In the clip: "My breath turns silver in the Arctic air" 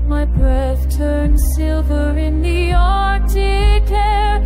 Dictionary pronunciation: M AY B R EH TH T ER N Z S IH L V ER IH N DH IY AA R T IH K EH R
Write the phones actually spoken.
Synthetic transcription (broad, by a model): M AY B R EH TH T ER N S IH L V ER IH N DH IY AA R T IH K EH R